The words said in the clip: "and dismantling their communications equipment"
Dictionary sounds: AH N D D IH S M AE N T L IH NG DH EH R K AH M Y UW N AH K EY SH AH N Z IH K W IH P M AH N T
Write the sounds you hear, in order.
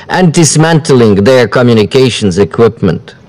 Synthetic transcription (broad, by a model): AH N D D IH S M AE N T L IH NG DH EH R K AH M Y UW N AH K EY SH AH N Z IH K W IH P M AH N T